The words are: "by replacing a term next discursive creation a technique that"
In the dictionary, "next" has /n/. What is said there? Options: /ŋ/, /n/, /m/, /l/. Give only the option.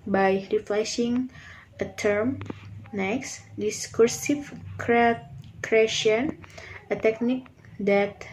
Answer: /n/